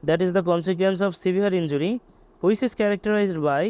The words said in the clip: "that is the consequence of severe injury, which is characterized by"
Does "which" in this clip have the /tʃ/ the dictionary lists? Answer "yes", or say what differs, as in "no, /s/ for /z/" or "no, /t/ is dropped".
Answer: no, /s/ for /tʃ/